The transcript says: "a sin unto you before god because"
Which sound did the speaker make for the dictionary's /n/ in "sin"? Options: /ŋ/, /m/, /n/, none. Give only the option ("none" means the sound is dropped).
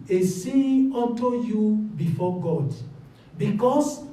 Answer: none